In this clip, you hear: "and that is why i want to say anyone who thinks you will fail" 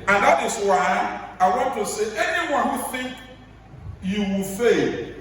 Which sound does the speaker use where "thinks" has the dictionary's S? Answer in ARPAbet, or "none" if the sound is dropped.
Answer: none